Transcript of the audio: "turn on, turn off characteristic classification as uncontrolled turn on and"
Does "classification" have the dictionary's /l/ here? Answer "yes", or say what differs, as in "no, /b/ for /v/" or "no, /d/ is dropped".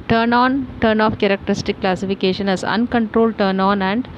yes